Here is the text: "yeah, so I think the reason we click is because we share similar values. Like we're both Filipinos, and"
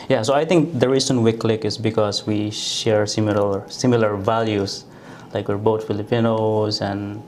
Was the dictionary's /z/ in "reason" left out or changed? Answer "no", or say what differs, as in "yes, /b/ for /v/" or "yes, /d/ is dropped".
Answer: yes, /s/ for /z/